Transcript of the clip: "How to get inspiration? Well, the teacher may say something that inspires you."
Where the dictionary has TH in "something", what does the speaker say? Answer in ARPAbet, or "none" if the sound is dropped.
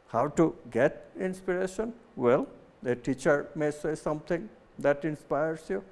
T